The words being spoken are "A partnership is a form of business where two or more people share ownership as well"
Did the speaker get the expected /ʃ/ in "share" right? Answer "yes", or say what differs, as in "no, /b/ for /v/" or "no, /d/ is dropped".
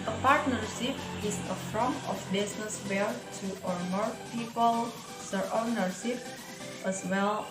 no, /s/ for /ʃ/